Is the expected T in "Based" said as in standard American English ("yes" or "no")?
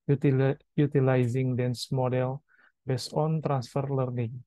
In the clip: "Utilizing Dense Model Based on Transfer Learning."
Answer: no